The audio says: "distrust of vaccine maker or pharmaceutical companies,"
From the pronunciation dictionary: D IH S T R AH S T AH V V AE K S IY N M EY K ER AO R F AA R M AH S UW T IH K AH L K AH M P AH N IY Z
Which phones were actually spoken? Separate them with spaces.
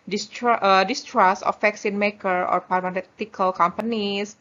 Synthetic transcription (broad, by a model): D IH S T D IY S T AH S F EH K S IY N M EY K ER AO R P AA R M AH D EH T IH K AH L K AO M P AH N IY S